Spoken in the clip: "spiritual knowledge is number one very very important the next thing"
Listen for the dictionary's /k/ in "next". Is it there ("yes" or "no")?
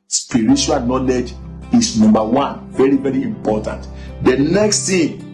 yes